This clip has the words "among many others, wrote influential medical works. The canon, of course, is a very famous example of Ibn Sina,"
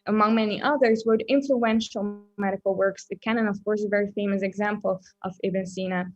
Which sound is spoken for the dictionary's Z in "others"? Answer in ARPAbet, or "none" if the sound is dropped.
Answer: Z